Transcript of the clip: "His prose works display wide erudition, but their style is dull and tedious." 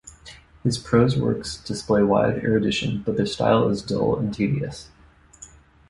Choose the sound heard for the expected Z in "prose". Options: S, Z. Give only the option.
Z